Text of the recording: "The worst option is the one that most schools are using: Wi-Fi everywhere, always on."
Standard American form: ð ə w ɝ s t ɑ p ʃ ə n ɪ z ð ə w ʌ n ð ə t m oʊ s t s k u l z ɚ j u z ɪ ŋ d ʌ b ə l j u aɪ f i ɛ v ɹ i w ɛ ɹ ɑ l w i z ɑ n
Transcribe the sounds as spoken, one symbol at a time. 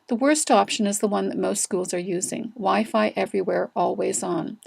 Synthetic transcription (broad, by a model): ð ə w ɝ s t ɑ p ʃ ə n ɪ z ð ə w ʌ n ð ə t m oʊ s t s k u l z ɚ j u z ɪ ŋ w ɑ ə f aɪ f ɛ v ɹ i w ɛ ɹ ɑ l w i z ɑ n